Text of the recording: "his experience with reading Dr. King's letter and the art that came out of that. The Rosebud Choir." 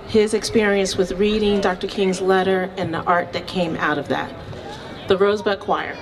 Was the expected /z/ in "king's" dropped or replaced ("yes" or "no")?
no